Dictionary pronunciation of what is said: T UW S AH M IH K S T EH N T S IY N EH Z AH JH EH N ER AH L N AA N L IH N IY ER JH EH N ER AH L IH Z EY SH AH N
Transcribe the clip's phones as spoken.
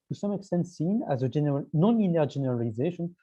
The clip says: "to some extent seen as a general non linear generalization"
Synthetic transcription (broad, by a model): T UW S AH M IH K S T EH N T S IY N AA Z AH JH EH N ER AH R N AA N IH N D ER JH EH N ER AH L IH Z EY SH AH N